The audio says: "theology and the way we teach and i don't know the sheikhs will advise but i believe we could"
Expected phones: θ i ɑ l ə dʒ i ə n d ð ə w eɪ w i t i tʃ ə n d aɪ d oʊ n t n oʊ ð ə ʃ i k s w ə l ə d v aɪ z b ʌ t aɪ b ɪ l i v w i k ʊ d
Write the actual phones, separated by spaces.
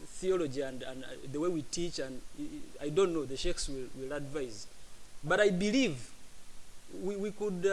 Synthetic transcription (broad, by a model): θ i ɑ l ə dʒ i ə n d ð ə w eɪ w i t i tʃ ə n d aɪ d oʊ n t n oʊ ð ə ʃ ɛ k s w ə l ə d v aɪ z b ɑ t aɪ b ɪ l i v w i k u d